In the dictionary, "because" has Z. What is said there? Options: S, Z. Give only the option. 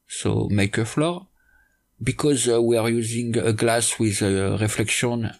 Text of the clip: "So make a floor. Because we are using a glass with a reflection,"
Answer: Z